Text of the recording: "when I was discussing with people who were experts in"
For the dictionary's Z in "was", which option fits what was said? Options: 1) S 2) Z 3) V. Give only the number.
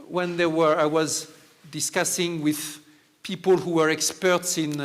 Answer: 2